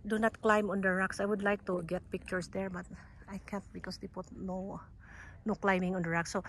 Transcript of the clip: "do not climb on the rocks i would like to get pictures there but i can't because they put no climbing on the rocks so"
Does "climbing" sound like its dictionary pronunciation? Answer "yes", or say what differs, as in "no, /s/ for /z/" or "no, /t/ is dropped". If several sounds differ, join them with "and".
yes